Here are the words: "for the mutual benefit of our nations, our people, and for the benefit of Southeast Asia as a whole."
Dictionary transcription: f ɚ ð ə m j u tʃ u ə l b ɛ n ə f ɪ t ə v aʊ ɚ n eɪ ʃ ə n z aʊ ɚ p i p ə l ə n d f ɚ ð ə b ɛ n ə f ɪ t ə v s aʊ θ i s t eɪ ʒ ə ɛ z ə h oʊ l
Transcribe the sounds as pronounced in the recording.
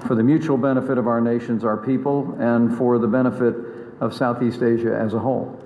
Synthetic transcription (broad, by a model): f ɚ ð ə m j u tʃ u l b ɛ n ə f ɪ t ə v aʊ ɚ n eɪ ʃ ə n z aʊ ɚ p i p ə l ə n f ɚ ð ə b ɛ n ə f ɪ t ə v s aʊ θ i s t eɪ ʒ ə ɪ z ə h oʊ l